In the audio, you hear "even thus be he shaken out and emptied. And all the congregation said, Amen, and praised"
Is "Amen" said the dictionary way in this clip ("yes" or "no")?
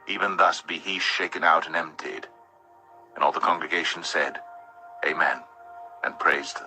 yes